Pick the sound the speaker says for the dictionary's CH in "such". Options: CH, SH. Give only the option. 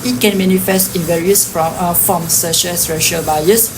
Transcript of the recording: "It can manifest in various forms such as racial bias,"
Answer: SH